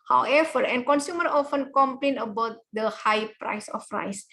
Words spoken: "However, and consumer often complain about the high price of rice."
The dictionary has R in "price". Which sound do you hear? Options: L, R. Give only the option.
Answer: R